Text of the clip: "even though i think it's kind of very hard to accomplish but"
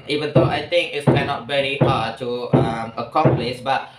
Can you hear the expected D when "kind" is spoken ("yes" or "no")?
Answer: no